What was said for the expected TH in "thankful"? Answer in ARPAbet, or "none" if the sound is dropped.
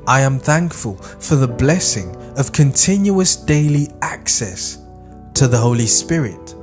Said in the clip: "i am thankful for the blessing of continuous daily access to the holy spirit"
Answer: TH